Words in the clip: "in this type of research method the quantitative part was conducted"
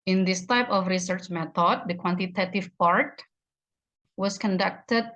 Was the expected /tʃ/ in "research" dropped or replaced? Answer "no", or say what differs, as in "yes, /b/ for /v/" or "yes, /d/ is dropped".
no